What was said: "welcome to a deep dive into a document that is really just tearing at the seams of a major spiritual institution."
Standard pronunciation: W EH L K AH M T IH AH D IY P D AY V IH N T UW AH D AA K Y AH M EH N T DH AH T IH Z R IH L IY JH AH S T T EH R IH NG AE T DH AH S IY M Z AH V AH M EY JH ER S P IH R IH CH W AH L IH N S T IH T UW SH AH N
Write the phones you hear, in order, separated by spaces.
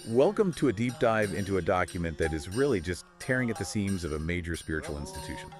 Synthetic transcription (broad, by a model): W EH L K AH M T IH AH D IY P D AY V IH N T UW AH D AA K Y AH M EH N DH AH T IH Z R IH L IY JH AH S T T EH R IH NG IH T DH AH S IY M Z AH V AH M EY JH ER S P IH R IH CH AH L IH N S T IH T UW SH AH N